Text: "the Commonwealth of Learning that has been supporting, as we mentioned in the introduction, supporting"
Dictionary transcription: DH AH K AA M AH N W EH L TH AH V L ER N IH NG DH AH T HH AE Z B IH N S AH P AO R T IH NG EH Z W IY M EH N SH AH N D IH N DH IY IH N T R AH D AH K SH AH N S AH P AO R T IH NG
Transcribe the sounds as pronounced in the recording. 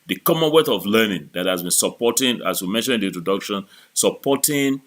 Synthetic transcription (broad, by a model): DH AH K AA M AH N W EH TH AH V L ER N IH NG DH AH T HH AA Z B IH N S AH P AO T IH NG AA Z W IY M EH N SH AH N IH N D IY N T R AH D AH K SH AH N S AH P AO T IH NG